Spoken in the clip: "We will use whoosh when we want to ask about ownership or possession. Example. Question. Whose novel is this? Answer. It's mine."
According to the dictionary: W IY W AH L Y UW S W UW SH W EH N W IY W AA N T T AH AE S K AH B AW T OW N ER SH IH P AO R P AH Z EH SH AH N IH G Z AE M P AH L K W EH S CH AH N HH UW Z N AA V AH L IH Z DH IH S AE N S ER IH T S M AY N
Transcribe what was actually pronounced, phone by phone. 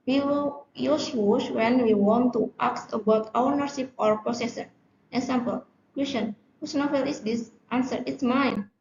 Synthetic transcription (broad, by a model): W IY W AH L Y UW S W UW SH W EH N W IY W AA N T T AH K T AH B AW T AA N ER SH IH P AO R P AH S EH S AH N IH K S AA M P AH L K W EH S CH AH N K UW S N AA F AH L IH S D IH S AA N S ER IH T S M AY N